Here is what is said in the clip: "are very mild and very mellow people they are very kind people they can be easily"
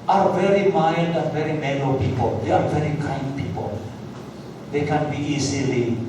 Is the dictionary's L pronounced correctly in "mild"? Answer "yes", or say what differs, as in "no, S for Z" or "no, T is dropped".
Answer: no, N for L